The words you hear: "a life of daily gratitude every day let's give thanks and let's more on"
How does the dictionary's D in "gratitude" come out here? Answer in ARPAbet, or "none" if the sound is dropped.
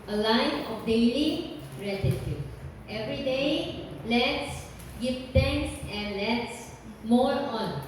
none